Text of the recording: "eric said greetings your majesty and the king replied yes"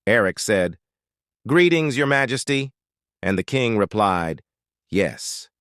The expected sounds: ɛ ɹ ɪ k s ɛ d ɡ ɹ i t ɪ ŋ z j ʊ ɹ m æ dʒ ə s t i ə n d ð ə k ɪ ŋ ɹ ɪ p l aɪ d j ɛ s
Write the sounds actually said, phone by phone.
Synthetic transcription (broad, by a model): ɛ ɹ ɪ k s ɛ d ɡ ɹ i t ɪ ŋ z j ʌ ɹ m æ dʒ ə s t i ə n ð ə k ɪ ŋ ɹ ɪ p l aɪ d j ɛ s